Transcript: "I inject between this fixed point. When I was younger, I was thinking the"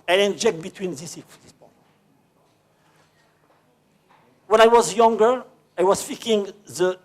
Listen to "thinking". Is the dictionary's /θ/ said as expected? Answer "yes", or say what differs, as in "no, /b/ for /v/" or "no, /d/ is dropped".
no, /f/ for /θ/